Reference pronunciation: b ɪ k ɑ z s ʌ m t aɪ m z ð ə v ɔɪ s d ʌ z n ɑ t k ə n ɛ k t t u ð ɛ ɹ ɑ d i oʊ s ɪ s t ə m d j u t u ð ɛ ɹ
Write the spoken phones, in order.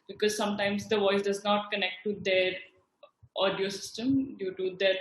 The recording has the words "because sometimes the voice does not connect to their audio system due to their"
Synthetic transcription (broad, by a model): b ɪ k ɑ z s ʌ m t aɪ m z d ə v ɔɪ s d ʌ z n ɑ t k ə n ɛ k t t u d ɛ ɹ ɑ d i oʊ s ɪ s t ə m d j u t u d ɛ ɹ